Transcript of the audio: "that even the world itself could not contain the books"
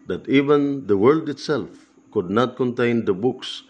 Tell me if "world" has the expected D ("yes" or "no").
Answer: yes